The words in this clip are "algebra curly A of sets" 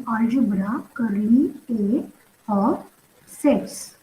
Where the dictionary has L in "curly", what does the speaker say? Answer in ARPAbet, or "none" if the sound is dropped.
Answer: none